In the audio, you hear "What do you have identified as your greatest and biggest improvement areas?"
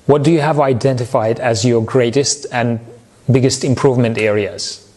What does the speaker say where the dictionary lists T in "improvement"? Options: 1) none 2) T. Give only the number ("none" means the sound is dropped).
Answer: 2